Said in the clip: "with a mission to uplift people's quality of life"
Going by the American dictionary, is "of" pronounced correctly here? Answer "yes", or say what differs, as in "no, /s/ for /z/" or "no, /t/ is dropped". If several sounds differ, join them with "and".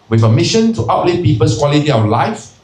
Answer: no, /w/ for /v/